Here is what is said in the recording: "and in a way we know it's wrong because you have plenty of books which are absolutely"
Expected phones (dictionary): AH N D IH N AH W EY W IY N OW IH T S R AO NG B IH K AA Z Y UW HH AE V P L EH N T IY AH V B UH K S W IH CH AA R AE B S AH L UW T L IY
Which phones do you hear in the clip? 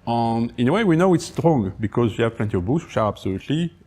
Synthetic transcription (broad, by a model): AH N IH N AH W EY W IY N OW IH T S R AO NG B IH K AA Z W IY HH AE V P L EH N T IY AH V B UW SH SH AA R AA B S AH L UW T L IY